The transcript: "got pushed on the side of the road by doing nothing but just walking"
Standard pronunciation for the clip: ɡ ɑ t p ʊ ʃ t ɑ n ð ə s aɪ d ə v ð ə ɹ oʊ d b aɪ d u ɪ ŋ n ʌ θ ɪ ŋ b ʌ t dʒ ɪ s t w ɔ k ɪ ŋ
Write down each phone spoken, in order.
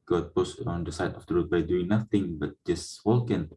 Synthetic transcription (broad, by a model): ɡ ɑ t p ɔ s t ɑ n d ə s aɪ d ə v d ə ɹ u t b aɪ d u ɪ ŋ n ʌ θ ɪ ŋ b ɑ t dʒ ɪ s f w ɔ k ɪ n